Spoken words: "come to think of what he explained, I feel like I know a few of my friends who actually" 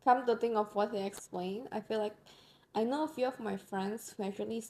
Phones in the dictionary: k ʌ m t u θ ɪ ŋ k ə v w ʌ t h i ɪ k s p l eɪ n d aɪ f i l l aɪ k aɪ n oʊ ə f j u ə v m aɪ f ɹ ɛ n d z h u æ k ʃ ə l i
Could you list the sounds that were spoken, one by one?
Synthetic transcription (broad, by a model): k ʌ m t u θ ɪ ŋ ə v w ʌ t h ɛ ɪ k s p l eɪ n aɪ f i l l aɪ k aɪ n oʊ ə f j u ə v m aɪ f ɹ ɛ n d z h u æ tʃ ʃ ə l i